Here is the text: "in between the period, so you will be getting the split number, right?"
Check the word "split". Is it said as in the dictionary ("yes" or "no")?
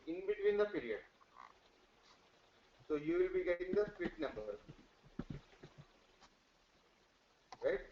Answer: no